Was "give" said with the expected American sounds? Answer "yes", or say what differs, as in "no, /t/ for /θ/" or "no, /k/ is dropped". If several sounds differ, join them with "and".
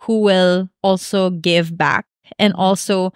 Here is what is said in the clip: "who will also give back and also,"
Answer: yes